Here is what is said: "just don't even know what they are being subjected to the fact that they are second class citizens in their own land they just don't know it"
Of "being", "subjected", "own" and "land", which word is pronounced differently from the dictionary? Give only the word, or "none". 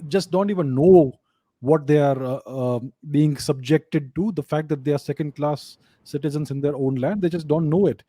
none